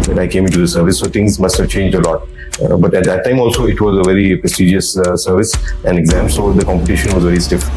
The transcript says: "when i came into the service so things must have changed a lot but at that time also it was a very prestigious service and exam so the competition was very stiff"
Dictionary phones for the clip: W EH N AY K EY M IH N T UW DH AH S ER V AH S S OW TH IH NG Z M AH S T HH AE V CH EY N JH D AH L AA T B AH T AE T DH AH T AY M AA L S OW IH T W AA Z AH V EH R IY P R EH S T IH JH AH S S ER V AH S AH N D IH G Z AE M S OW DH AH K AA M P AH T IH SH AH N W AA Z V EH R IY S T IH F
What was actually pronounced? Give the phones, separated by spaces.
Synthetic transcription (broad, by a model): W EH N AY K EY M IH N T UW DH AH S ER V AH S S OW T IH NG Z M AH S T HH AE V CH EY N JH D AH L AA T B AH T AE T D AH T AY M AA L S OW IH T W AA Z AH V EH R IY P R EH S T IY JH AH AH S ER V AH S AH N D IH G Z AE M S OW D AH K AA M P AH T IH SH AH N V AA Z V EH R IY S T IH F